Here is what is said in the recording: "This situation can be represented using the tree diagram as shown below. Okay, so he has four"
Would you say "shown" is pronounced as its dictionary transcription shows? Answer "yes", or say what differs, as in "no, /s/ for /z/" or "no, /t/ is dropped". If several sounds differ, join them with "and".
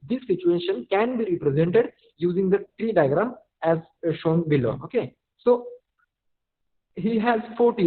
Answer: yes